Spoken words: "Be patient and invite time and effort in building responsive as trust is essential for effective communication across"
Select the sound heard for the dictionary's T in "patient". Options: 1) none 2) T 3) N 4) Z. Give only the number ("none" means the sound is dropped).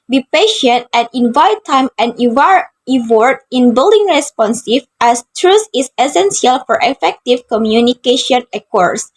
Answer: 2